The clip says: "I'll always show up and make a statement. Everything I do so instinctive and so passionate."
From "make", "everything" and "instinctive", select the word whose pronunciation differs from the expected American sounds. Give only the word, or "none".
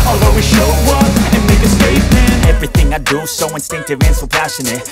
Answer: none